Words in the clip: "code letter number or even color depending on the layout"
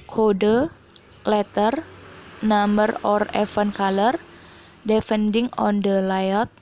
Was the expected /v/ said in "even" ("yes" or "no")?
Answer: no